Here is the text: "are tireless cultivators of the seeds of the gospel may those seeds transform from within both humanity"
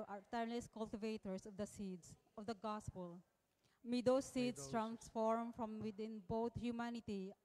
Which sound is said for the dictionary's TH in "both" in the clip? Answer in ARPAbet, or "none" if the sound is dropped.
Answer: T